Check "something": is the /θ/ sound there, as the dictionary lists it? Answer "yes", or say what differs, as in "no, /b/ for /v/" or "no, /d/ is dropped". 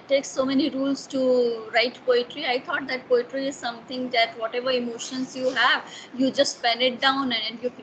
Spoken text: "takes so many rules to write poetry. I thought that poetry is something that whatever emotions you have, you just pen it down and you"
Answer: no, /t/ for /θ/